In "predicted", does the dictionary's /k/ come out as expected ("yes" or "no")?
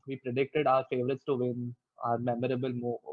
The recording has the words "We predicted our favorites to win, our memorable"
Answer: yes